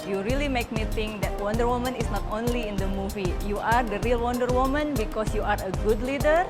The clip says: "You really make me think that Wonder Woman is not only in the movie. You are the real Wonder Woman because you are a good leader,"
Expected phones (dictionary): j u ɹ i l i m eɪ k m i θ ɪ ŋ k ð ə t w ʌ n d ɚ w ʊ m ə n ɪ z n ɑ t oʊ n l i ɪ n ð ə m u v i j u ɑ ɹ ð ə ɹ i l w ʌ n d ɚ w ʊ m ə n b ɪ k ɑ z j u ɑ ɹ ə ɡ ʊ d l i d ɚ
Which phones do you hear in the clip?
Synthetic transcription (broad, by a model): j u ɹ i l i m eɪ k m i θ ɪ ŋ k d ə t w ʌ n d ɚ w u m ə n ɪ s n ɑ t oʊ n l i ɪ n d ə m u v i j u ɑ ɹ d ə ɹ i l w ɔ n d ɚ w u m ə n b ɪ k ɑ s j u ɑ ɹ ə ɡ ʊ d l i d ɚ